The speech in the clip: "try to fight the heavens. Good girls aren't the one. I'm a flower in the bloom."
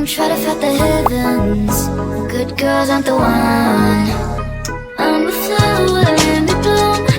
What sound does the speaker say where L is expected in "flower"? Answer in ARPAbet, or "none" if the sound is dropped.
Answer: none